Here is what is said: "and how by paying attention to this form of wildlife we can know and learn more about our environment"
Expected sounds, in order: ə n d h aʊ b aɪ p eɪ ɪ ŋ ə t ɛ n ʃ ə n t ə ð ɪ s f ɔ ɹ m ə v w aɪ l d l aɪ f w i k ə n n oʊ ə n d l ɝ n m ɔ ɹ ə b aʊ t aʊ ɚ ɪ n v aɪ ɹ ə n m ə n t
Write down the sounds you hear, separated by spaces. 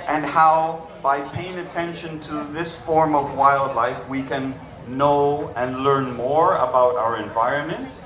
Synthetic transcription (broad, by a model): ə n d h aʊ b aɪ p eɪ ɪ ŋ ə t ɛ n ʃ ə n t ə ð ɪ s f ɔ ɹ m ə v w aɪ l d l aɪ f w i k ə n n oʊ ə n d l ɝ n m ɔ ɹ ə b aʊ t aʊ ɚ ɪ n v aɪ ɹ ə n m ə n t